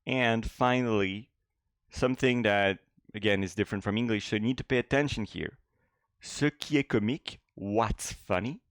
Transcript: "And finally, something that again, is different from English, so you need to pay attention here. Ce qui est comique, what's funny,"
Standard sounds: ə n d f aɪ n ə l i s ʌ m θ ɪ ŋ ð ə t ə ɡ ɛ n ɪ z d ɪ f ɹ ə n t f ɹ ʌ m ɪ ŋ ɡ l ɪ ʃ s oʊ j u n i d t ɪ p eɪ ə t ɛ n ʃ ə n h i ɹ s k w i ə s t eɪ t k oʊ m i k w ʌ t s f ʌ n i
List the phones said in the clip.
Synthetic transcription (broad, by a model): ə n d f aɪ n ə l i s ʌ m θ ɪ ŋ ð ə t ə ɡ ɛ n ɪ z d ɪ f ɹ ə n t f ɹ ʌ m ɪ ŋ ɡ l ɪ ʃ s oʊ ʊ n i d t ɪ p eɪ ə t ɛ n ʃ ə n h i ɹ s k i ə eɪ k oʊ m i k w ʌ t s f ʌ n i